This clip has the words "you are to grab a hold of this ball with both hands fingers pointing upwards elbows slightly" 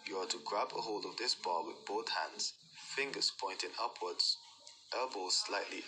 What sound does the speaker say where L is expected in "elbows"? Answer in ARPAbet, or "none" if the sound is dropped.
none